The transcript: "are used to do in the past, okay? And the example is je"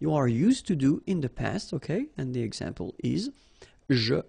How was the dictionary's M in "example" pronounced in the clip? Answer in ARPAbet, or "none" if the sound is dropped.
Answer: M